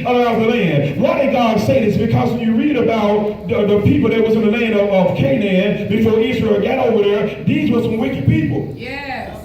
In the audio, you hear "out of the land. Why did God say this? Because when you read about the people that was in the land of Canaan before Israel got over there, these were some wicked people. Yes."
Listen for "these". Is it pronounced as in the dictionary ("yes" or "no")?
yes